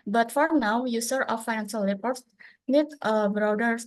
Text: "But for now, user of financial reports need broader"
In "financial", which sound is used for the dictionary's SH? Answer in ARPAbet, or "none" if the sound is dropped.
S